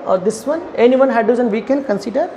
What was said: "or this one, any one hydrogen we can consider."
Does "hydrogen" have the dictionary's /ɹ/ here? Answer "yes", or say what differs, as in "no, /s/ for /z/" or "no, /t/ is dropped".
no, /ɹ/ is dropped